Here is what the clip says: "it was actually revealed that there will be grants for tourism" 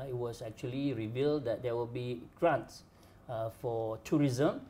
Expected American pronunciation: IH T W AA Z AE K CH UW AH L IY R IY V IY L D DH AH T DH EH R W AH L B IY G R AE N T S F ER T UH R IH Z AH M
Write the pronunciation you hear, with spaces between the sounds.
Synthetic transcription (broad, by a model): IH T W AA S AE K CH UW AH L IY R IY V IY L D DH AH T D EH W AH L B IY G R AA N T S F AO T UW R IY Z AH M